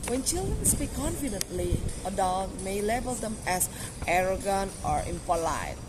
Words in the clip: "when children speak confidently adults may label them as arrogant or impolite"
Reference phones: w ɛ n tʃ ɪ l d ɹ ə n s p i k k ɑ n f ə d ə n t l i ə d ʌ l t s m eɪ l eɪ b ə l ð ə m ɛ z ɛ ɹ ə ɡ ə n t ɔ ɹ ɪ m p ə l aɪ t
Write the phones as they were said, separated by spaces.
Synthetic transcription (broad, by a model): w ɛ n tʃ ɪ l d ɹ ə n s p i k k ɑ n f ə d ə n t l i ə d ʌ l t m eɪ l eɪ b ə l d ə m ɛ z ɛ ɹ ə ɡ ə n t ɔ ɹ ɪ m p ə l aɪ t